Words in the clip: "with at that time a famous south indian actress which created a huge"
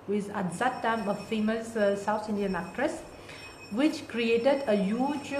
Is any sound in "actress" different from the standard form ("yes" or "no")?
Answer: no